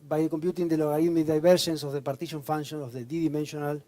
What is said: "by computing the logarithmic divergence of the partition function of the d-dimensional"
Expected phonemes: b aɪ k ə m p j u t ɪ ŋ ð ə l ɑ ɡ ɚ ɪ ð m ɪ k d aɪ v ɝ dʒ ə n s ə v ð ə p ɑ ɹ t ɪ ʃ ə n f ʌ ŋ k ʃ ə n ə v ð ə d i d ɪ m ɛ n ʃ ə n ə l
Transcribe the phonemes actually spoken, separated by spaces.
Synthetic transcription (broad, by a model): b aɪ k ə m p j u t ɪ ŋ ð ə l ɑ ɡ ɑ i m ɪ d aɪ b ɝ ʃ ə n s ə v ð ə p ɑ ɹ t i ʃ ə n f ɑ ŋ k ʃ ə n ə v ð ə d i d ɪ m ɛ n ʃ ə n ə l